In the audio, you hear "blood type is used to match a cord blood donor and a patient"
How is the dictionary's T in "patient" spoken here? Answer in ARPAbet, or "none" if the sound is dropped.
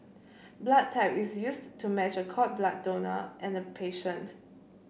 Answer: T